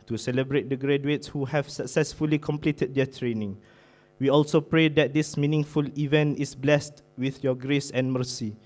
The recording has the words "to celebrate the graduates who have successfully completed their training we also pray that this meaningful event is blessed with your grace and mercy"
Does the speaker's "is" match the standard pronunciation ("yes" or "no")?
no